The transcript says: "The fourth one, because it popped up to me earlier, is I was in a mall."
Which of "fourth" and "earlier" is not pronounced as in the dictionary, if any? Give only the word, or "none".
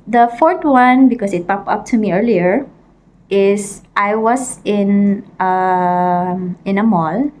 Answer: fourth